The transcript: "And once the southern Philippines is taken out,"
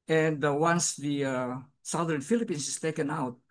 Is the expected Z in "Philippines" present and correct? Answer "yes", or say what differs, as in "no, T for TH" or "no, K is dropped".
no, S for Z